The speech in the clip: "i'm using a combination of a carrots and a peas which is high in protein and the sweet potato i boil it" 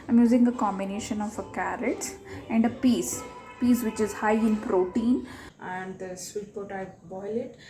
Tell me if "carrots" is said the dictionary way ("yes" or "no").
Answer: no